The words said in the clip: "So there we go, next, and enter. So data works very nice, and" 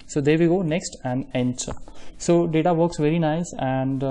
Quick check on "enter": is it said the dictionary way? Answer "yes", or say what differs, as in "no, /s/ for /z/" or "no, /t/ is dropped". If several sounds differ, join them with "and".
no, /s/ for /t/